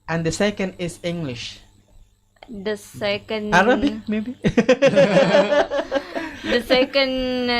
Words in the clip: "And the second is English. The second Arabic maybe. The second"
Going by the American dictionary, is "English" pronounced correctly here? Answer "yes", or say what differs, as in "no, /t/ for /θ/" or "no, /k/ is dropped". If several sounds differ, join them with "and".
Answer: yes